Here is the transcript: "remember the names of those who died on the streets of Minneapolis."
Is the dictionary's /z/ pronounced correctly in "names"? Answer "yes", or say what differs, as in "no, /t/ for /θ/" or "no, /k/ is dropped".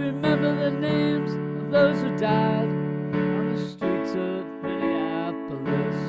yes